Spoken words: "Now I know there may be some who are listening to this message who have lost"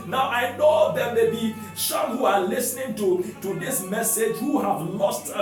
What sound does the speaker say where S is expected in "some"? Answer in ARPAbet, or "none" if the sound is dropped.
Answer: SH